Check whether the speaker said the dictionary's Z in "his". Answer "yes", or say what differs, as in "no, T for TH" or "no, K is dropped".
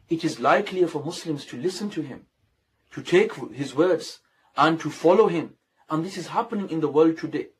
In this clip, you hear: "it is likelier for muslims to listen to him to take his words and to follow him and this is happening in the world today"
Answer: yes